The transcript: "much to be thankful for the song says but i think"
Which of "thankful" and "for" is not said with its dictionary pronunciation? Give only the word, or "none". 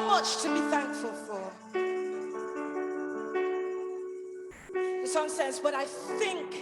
none